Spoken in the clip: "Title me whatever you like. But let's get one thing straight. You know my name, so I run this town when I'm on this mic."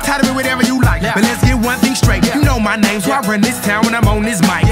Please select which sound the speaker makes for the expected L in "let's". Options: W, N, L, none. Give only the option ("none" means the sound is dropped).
L